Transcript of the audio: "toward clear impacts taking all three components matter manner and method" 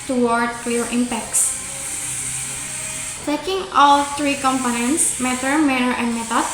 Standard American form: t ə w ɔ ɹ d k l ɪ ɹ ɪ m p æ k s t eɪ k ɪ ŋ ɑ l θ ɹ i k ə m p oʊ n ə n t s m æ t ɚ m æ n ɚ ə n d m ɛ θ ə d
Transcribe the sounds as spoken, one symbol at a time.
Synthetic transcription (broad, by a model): t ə w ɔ ɹ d k l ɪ ɹ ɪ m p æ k s t eɪ k ɪ ŋ ɑ l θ ɹ i k ə m p oʊ n ə n t s m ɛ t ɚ m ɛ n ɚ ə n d m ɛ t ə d